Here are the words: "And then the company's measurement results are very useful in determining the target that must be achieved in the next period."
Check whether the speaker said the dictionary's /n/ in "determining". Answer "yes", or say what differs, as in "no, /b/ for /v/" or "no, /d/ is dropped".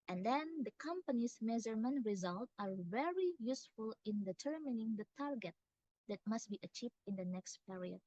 yes